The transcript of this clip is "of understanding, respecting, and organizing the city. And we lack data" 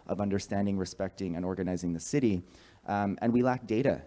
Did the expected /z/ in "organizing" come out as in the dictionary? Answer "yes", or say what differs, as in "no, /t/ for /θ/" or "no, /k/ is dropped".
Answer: yes